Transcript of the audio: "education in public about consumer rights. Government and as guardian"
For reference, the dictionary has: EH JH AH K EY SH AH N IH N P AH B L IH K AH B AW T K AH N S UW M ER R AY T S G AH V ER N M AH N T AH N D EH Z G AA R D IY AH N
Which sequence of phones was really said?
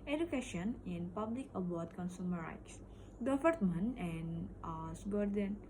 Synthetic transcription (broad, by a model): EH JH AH K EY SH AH N IH N P AH B L IH K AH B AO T K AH N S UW M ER R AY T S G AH F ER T M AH N AH N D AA S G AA R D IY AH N